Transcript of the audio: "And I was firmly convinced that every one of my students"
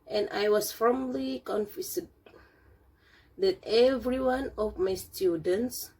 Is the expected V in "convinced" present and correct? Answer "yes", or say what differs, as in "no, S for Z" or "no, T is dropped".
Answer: no, F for V